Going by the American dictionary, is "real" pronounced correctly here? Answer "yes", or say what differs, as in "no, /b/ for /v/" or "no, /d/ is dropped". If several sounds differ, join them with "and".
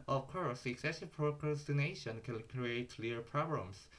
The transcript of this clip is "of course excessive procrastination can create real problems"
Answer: no, /l/ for /ɹ/